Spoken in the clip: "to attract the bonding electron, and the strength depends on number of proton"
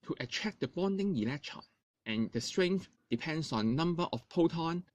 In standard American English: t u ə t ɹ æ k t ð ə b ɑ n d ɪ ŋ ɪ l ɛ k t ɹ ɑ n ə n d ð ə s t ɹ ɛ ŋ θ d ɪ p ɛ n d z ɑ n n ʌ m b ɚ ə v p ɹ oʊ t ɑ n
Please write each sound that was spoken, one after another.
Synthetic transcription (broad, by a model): t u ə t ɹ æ k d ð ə b ɑ n d ɪ ŋ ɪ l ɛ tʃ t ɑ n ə n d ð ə s t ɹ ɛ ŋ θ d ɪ p ɛ n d s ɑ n n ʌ m b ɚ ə f p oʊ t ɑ n